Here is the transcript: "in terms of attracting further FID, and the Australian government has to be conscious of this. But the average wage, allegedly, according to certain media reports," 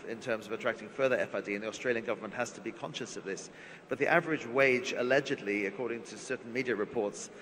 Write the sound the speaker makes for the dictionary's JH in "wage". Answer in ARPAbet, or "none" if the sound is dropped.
JH